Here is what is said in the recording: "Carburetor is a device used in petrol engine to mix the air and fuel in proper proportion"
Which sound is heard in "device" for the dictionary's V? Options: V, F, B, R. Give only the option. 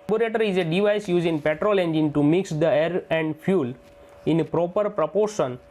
V